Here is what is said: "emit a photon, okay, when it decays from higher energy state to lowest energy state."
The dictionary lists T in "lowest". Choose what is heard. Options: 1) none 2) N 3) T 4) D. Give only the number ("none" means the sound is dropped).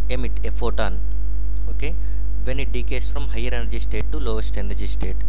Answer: 3